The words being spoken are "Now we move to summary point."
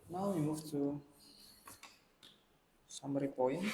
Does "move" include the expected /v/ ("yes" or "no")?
no